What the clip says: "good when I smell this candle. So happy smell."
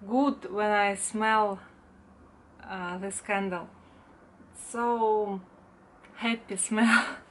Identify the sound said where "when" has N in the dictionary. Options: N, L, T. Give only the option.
N